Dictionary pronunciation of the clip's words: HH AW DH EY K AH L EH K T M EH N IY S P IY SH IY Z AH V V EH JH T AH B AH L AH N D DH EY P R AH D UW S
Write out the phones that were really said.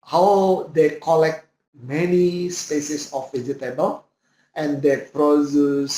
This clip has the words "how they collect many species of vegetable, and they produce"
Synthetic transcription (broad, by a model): HH AW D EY K AH L EH K T M EH N IY S P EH S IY S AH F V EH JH T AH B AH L AH N D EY P R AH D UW S